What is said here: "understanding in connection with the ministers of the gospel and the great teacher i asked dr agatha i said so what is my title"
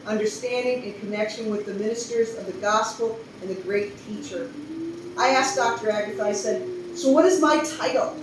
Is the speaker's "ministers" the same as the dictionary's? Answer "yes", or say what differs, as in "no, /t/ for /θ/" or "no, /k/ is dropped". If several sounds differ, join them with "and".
yes